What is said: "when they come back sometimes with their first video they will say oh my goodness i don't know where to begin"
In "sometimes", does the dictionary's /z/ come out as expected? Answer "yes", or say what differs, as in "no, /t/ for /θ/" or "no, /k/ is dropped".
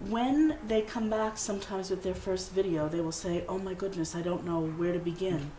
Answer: yes